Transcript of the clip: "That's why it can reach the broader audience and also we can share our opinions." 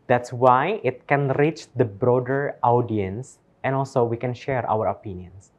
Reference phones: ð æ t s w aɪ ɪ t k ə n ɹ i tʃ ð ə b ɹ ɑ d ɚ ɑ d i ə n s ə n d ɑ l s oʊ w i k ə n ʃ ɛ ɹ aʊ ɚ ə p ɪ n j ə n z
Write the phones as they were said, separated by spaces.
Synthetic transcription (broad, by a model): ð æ t s w aɪ ɪ t k ə n ɹ i tʃ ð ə b ɹ ɑ d ɚ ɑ d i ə n s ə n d ɑ l s oʊ w i k ə n ʃ ɛ ɹ aʊ ɚ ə p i n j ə n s